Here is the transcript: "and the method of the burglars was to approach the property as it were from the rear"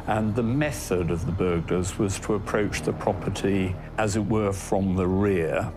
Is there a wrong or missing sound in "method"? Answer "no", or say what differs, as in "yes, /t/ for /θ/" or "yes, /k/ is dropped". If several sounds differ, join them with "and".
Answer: no